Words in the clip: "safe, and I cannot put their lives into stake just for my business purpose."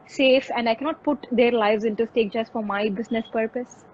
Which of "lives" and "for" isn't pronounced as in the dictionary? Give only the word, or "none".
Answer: none